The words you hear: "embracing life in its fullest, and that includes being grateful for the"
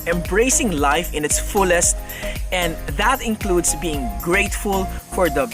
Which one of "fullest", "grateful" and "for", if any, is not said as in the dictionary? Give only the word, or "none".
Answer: none